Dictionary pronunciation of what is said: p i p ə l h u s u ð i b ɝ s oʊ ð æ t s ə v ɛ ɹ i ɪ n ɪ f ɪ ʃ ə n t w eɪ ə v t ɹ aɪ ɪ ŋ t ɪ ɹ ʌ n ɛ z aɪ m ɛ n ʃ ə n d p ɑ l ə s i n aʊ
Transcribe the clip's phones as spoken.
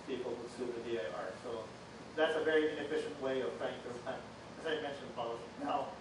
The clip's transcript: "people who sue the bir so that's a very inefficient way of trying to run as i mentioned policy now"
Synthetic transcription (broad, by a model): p i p l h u s u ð i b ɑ s oʊ ð æ t s ə v ɛ ɹ i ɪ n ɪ f ɪ ʃ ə n t w eɪ ə v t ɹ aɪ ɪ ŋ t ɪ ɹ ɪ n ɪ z aɪ m ɛ n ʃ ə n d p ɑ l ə i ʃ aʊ